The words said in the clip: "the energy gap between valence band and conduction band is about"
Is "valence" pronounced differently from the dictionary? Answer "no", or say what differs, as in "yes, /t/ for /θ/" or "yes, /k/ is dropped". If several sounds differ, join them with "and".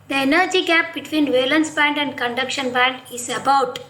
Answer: no